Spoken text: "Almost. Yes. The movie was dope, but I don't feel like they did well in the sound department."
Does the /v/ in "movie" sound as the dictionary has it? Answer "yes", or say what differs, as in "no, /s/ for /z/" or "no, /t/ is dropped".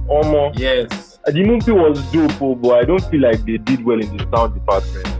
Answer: no, /p/ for /v/